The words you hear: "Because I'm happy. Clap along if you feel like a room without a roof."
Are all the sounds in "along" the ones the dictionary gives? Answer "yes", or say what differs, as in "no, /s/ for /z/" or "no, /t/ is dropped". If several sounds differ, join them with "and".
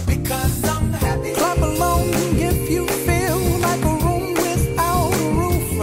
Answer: no, /l/ is dropped